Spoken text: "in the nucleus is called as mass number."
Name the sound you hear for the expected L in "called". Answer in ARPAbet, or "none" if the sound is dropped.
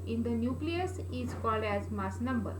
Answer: L